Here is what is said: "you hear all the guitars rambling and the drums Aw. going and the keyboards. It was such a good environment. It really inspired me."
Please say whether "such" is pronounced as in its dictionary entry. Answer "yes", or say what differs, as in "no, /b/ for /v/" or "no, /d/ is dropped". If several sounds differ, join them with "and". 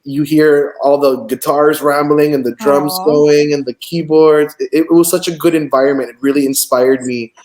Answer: yes